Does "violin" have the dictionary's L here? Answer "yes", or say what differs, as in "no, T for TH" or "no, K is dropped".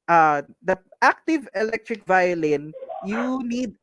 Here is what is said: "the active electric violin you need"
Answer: yes